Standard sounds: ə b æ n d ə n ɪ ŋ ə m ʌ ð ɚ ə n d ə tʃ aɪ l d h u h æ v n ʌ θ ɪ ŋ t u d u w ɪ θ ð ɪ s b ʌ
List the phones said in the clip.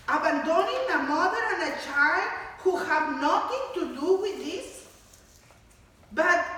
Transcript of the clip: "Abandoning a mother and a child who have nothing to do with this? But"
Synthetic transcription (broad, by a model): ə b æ n d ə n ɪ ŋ ə m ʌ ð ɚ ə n ə tʃ aɪ l d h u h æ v n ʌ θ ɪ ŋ t u d u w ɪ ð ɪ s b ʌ